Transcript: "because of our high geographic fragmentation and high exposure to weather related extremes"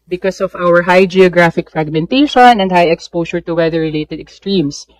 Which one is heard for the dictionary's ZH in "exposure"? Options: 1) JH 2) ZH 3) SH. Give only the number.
3